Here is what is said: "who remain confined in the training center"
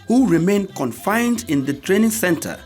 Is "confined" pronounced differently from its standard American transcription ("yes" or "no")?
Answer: no